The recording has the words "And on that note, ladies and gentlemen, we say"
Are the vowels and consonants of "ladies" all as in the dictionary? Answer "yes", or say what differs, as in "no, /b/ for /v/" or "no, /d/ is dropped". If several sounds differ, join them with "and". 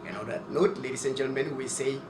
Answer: no, /s/ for /z/